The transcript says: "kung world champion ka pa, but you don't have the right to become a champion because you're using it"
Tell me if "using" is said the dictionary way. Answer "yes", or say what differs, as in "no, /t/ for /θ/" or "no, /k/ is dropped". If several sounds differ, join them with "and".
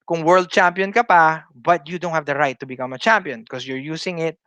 no, /s/ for /z/